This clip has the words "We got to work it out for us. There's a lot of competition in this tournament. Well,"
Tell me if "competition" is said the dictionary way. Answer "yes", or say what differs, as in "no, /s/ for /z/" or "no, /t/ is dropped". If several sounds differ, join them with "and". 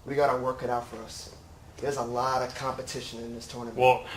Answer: yes